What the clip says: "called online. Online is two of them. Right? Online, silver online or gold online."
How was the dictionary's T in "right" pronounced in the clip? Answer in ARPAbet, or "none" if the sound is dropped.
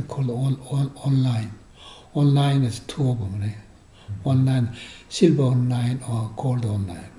none